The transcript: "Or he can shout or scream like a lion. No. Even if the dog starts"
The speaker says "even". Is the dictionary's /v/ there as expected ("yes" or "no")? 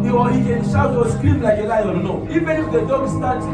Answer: no